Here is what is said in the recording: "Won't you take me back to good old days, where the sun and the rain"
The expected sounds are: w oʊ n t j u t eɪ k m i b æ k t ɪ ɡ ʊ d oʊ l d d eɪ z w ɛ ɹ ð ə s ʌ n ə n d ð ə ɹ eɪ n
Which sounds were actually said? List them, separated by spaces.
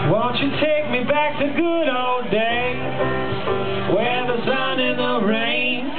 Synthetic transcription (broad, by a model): w oʊ n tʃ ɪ t eɪ k m i b æ k t ɪ ɡ ʊ d oʊ l d d eɪ w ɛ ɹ ð ə s ʌ n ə n ð ə ɹ eɪ n